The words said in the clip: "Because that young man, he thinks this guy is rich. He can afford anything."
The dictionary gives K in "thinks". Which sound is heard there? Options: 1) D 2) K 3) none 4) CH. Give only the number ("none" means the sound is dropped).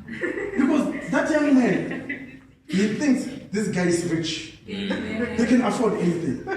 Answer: 2